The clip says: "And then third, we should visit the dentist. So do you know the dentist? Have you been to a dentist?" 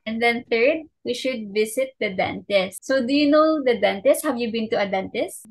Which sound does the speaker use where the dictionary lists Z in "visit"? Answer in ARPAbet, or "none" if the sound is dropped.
S